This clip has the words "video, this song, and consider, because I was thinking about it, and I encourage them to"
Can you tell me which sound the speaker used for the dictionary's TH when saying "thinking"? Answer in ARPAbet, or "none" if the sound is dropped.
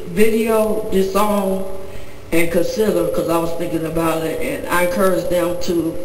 TH